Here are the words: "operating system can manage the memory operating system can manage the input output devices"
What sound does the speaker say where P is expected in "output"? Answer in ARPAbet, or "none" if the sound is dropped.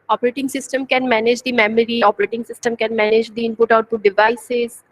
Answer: none